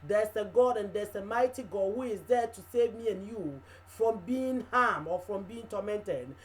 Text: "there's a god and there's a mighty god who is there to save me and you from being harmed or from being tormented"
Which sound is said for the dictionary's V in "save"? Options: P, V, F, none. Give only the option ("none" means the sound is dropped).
V